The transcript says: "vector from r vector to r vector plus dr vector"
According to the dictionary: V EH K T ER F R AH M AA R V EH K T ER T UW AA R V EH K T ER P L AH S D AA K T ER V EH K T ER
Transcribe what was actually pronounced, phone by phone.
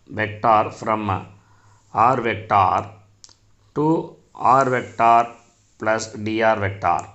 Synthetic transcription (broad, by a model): V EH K T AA F R AH M AA R V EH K T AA T UW AA R V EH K T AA P L AH S D AA T V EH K T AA